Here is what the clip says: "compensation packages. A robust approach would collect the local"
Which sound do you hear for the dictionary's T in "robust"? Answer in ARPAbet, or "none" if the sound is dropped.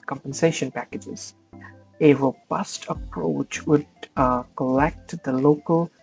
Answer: T